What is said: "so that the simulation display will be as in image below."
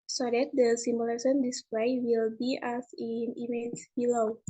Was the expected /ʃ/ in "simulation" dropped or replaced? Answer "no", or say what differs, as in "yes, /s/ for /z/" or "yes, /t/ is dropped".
yes, /s/ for /ʃ/